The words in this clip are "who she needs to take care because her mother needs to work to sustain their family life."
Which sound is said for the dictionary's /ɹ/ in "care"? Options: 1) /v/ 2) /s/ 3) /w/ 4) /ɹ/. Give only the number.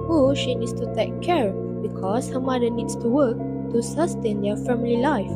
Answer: 4